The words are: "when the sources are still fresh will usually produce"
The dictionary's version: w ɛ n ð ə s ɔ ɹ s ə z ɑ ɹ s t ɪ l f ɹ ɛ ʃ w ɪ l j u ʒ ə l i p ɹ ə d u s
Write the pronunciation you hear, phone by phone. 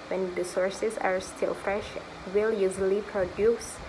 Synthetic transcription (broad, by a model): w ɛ n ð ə s ɔ ɹ s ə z ɑ ɹ s t ɪ l f ɹ ɛ ʃ w ɪ l j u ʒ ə l i p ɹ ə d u s